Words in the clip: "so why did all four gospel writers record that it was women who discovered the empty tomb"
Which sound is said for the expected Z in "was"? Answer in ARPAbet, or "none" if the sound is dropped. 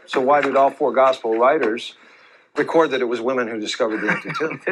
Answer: Z